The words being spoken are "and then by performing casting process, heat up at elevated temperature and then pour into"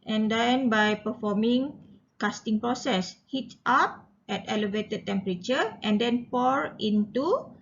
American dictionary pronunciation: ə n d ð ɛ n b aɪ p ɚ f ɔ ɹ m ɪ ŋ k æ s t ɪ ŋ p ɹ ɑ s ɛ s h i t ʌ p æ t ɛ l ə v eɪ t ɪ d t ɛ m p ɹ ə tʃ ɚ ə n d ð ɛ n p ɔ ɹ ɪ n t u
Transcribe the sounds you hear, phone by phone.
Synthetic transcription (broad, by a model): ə n d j n b aɪ p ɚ f ɔ m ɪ ŋ k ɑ s t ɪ ŋ p ɹ ɑ s ɛ s h i t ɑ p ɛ t ɛ l ə v eɪ t ɪ d t ɛ m p ɹ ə tʃ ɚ ə n d ɛ n p ɔ ɹ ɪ n t u